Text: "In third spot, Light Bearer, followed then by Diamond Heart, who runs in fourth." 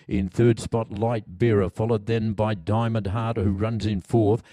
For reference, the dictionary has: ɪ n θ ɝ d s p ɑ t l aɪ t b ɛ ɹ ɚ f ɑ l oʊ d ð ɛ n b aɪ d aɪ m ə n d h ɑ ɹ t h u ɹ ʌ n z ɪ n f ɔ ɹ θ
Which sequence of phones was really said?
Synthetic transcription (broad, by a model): ɪ n θ ɝ d s p ɑ t l aɪ t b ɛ ɹ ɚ f ɑ l oʊ d ð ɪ n b aɪ d aɪ m ə n d h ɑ ɹ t h u ɹ ʌ n z ɪ n f ɔ ɹ θ